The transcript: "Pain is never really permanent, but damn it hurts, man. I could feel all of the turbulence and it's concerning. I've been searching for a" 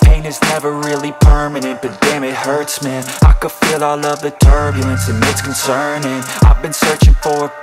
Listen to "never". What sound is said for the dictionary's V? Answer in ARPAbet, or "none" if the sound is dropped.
V